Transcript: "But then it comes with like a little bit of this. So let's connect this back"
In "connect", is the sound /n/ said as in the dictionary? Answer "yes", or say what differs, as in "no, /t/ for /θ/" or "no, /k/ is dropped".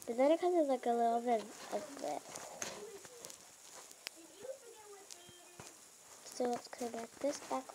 no, /l/ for /n/